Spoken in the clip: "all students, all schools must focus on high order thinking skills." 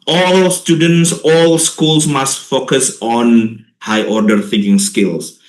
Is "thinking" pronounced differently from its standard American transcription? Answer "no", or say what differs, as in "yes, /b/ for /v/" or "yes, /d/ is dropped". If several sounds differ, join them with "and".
yes, /f/ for /θ/